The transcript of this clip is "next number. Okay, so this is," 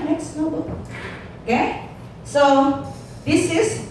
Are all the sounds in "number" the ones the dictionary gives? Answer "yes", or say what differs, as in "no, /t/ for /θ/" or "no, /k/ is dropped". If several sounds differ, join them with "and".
no, /m/ is dropped